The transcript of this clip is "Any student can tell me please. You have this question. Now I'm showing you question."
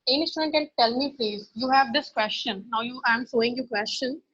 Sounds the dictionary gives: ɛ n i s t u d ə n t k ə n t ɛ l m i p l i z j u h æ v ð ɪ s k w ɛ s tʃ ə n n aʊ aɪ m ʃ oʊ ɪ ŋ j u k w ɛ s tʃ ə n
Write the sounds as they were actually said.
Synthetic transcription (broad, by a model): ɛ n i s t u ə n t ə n t ɛ l m i p l i z j u h æ v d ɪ s k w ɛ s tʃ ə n n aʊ aɪ m s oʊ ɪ ŋ j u k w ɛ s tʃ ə n